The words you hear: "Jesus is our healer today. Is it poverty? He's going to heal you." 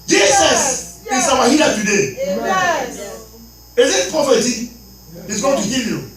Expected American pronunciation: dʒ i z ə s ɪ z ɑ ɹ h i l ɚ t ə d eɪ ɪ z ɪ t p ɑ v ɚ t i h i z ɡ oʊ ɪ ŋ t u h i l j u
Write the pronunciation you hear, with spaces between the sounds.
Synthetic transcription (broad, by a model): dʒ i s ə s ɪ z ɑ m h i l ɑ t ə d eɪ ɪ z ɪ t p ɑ f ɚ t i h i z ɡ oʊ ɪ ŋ t u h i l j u